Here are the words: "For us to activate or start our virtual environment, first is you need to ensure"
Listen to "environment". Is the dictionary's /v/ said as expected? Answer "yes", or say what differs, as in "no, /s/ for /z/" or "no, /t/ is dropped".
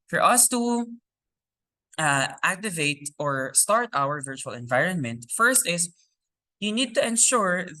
yes